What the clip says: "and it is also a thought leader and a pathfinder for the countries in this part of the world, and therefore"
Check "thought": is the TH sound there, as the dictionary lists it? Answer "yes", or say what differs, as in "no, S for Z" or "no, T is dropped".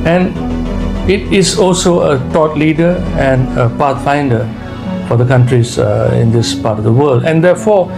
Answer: no, T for TH